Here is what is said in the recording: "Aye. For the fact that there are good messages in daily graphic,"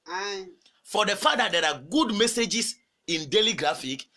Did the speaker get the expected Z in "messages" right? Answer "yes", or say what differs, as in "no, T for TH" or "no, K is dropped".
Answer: no, S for Z